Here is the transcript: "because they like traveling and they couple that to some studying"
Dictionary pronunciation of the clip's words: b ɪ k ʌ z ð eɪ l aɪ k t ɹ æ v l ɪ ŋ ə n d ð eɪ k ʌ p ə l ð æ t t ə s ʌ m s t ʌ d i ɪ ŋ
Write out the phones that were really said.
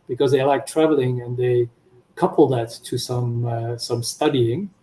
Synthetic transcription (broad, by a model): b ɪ k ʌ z ð eɪ l aɪ k t ɹ æ v l ɪ ŋ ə n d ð eɪ k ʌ p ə l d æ t s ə s ʌ m s t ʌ d i ɪ ŋ